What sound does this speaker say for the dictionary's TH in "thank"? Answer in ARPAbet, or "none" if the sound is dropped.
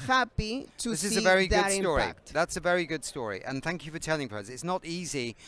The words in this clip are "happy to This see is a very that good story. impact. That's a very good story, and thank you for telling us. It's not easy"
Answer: TH